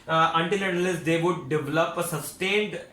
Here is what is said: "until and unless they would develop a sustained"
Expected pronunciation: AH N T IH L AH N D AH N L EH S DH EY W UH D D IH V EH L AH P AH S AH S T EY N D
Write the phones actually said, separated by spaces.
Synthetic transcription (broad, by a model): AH N T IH L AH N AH L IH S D EY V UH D D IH V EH L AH P AH S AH S T EY N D